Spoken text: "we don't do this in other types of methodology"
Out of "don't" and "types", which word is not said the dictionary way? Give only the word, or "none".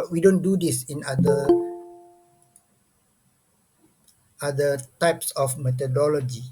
none